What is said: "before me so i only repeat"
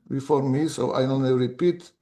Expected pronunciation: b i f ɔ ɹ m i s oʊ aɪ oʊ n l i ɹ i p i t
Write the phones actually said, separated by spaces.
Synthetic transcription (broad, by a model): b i f ɔ ɹ m i s oʊ aɪ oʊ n i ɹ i p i t